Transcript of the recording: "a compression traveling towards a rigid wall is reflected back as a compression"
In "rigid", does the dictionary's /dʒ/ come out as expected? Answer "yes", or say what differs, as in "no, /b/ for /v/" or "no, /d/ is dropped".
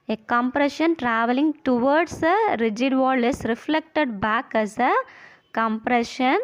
yes